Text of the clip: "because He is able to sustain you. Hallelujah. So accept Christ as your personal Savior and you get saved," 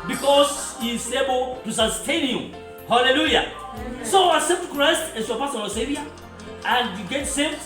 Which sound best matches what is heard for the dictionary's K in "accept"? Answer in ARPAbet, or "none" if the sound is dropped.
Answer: none